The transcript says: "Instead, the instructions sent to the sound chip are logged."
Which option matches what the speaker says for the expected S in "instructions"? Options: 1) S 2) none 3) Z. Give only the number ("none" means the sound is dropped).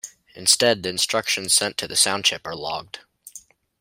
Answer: 1